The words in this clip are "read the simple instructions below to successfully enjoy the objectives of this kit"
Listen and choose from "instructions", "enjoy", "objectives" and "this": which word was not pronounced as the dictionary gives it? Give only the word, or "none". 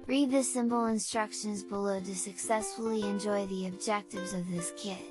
none